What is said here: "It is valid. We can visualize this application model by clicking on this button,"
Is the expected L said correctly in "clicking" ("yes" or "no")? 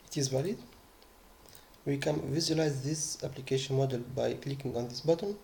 yes